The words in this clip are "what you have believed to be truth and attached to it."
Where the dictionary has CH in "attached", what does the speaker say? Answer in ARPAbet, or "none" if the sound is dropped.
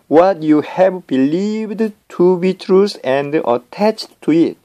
CH